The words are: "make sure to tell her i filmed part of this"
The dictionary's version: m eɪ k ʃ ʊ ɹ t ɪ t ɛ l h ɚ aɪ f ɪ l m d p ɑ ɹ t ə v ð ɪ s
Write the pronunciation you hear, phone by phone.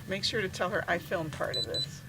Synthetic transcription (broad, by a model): m eɪ k ʃ ʊ ɹ t ɪ t ɛ l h ɚ aɪ f ɪ l m p ɑ ɹ t ə v ð ɪ s